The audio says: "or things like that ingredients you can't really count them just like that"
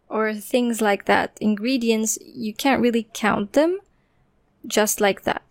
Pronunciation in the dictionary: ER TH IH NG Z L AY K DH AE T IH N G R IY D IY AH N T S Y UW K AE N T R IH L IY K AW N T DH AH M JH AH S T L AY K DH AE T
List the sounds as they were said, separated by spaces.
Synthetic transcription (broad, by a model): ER TH IH NG Z L AY K DH AE T IH N G R IY D IY AH N T S Y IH K AE N T R IH L IY K AW N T DH AH M JH AH S T L AY K DH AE T